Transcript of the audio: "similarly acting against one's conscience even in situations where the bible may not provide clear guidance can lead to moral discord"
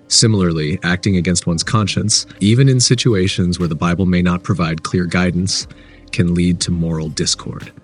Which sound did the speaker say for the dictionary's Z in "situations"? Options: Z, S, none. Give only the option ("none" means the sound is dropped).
Z